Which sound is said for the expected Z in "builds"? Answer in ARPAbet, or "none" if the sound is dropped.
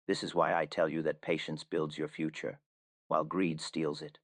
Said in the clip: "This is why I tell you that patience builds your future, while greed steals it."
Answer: Z